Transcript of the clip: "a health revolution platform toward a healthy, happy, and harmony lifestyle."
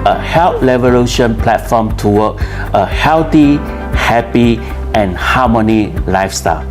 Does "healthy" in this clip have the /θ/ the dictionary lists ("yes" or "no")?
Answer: no